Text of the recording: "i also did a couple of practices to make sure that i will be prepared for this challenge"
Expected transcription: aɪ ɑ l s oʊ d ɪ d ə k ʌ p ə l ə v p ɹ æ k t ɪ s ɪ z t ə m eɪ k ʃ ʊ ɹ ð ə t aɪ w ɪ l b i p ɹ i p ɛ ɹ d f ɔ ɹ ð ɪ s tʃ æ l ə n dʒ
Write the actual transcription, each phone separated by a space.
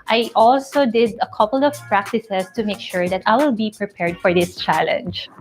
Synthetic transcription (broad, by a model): aɪ ɑ l s oʊ d ɪ d ə k ʌ p ə l ə v p ɹ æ k t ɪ s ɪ s t ə m eɪ k ʃ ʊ ɹ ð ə t aɪ w ɪ l b i p ɹ i p ɛ ɹ d f ɔ ɹ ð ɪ s tʃ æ l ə n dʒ